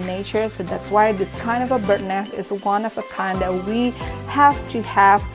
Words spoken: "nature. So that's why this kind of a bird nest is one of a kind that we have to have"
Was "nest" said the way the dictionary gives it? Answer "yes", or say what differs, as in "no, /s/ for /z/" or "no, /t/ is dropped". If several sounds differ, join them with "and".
no, /t/ is dropped